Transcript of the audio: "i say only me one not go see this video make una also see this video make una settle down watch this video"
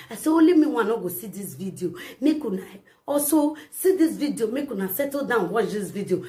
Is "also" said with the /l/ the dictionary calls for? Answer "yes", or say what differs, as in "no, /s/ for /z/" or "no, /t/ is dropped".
no, /l/ is dropped